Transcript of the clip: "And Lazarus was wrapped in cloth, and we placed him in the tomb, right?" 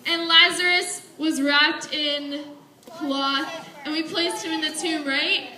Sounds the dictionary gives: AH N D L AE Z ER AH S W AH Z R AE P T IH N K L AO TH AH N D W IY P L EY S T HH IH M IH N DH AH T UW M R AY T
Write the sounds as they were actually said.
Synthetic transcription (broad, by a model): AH N L AE Z ER AH S W AH Z R AE P T IH N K L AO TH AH N W IY P L EY S T HH IH M IH N DH AH T UW R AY T